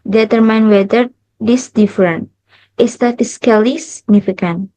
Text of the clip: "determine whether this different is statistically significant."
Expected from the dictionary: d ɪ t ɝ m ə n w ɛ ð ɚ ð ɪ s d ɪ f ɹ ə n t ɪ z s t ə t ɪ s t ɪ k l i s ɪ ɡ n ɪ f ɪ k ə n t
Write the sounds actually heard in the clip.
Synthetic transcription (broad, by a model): d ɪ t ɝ m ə n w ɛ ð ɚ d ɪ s d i f ɹ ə n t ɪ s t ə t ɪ s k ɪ l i s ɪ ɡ n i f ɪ k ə n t